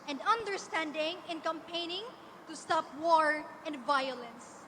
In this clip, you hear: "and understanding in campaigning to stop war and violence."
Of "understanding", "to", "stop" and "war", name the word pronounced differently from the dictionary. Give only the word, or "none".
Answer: none